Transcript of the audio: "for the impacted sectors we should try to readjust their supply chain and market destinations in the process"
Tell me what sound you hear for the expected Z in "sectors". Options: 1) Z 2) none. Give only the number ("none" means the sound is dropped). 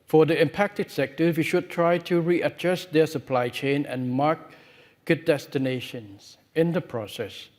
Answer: 2